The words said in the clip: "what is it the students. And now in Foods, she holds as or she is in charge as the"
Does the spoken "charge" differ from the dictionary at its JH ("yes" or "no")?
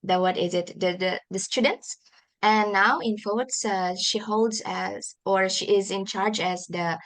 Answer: no